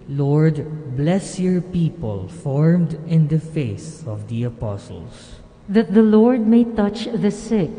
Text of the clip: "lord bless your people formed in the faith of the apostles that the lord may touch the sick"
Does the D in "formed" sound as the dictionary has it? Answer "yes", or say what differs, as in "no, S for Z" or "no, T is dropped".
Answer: yes